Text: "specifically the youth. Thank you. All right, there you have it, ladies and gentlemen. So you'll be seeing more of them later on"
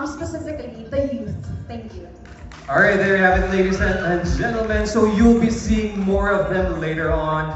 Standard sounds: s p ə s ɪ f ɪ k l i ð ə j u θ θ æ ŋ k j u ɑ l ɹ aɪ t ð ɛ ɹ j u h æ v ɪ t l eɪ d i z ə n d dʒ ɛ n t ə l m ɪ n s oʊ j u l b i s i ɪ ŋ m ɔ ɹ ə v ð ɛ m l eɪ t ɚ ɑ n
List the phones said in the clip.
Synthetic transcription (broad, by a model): s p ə s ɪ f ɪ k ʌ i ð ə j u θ t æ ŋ k j u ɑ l ɹ aɪ t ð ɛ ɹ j h æ v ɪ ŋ l eɪ d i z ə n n dʒ ɛ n t l m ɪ n s oʊ j u l b i s i ɪ ŋ m ɔ ɹ ə v ð ɛ m l eɪ t ɚ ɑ n